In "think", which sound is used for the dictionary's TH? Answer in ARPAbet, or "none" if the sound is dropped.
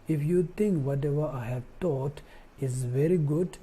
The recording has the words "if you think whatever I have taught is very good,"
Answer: T